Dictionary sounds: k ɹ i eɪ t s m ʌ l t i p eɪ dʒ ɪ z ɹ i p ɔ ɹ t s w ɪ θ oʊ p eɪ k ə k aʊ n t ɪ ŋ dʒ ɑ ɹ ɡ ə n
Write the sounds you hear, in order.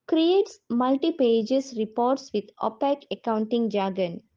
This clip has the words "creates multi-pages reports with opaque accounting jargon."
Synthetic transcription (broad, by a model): k ɹ i eɪ t s m ʌ l t i p eɪ dʒ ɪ s ɹ i p ɔ ɹ t s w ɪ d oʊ p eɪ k ə k aʊ n t ɪ ŋ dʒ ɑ ɡ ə n